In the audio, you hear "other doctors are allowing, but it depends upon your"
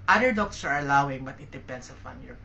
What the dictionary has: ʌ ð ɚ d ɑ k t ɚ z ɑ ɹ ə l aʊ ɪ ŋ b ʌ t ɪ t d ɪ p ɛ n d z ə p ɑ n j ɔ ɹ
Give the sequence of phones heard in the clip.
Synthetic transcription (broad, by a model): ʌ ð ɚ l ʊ k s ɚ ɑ ɹ ə l aʊ ɪ ŋ b ʌ t ɪ t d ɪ p ɛ n d s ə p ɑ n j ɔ ɹ